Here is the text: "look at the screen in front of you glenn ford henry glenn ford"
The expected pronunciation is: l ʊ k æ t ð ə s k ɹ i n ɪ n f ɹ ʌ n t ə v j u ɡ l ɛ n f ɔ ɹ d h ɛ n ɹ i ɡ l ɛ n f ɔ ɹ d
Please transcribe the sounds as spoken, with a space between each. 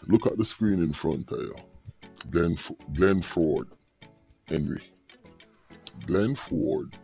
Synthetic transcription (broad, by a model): l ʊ k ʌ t ð ə s k ɹ i n ɪ n f ɹ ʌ n t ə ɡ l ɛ ɡ l ɛ n f ɔ ɹ d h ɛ n ɹ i ɡ l ɛ n f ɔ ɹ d